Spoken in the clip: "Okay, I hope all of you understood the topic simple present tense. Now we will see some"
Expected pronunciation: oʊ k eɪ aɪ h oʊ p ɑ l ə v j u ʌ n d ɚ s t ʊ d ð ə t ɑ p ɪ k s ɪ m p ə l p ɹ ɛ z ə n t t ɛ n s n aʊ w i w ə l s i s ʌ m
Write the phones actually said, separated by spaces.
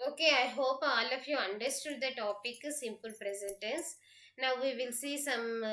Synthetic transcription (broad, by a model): oʊ k eɪ aɪ h oʊ p ɑ l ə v j u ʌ n d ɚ s t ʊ d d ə t ɑ p ɪ k s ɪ m p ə l p ɹ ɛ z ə n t t ɛ n s n aʊ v i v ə l s i s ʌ m